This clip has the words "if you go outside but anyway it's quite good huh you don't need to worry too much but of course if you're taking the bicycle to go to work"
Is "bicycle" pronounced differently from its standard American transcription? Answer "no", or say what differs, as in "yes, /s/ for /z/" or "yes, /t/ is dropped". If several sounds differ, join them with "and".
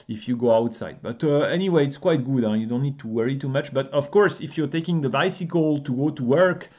no